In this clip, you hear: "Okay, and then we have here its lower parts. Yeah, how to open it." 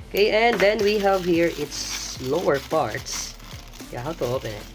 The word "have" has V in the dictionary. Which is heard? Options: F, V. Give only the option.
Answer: V